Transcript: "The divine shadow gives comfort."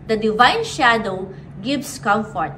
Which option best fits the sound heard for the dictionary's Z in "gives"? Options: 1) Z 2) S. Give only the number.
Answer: 2